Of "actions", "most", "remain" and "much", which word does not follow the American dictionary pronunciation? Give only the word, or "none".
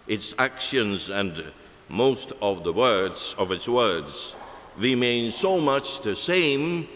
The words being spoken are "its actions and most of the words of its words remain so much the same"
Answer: none